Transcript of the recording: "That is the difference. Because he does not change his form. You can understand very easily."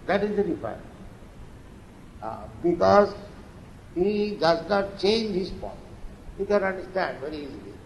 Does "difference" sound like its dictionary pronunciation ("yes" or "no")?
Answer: no